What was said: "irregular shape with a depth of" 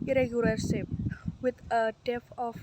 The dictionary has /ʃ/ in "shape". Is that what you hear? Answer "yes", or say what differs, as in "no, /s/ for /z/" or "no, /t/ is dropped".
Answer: no, /s/ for /ʃ/